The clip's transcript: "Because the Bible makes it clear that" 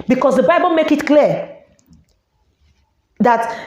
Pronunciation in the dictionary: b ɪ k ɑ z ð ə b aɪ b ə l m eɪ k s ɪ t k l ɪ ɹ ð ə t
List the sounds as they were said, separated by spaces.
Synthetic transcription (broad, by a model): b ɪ k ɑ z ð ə b aɪ b ə l m eɪ k ɪ t k l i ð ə t